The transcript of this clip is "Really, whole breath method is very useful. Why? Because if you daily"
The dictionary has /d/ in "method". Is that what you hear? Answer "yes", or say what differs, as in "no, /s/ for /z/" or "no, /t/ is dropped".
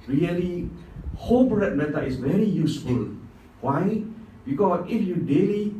no, /d/ is dropped